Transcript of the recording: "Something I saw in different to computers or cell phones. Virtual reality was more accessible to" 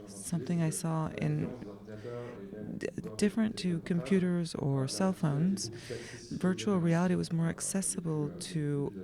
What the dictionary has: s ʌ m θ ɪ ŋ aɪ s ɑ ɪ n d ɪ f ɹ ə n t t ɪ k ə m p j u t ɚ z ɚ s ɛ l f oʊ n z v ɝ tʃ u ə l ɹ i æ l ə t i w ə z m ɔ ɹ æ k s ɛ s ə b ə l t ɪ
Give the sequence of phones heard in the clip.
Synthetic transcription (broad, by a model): s ʌ m θ ɪ ŋ aɪ s ɑ ɪ n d ɪ f ɹ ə n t t ɪ k ə m p j u t ɚ z ɚ s ɛ l f oʊ n z v ɝ tʃ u l ɹ i æ l ə t i w ə z m ɔ ɹ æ k s ɛ s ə b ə l t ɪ